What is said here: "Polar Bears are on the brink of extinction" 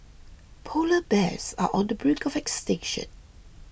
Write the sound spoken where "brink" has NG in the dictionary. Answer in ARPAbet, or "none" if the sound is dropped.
none